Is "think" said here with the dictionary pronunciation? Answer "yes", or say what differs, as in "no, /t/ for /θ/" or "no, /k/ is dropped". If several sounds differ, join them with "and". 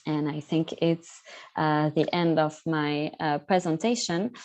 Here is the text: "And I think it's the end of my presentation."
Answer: yes